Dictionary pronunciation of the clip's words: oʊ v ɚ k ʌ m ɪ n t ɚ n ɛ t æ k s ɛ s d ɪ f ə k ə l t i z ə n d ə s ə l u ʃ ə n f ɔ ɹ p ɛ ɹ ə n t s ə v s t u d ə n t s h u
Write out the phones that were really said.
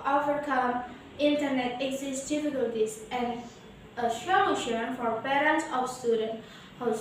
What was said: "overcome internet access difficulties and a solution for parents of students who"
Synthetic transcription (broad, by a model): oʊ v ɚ k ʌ m ɪ n t ɚ n ɛ t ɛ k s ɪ s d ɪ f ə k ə l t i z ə n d ə ʃ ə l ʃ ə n f ɔ ɹ p ɛ ɹ ə n t s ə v s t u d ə n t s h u